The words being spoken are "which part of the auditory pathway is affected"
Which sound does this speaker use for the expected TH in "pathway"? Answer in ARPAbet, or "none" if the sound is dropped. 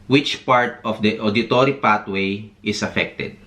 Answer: T